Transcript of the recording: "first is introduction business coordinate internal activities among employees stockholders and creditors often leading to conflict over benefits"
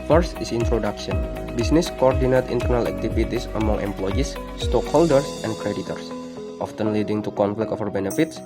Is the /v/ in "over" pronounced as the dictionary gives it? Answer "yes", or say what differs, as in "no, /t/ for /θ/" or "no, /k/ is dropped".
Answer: no, /f/ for /v/